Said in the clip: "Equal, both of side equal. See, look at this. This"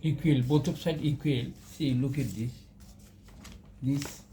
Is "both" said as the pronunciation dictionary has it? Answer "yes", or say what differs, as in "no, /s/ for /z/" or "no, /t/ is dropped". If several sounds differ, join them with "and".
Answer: no, /t/ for /θ/